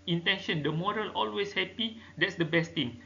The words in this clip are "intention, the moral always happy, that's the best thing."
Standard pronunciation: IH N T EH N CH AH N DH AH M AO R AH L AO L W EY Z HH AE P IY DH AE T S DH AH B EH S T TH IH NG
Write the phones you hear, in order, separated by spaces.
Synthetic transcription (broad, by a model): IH N T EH N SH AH N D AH M AO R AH L AO L W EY S HH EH P IY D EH T S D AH B EH S T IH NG